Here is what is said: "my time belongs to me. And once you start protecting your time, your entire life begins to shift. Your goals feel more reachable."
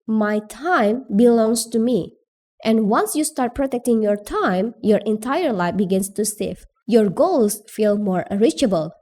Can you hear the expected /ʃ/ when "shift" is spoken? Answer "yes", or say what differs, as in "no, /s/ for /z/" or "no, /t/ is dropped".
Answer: no, /s/ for /ʃ/